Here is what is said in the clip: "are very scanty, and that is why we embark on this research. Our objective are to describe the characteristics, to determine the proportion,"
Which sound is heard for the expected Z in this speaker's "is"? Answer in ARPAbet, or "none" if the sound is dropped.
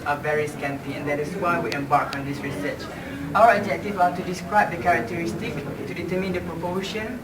S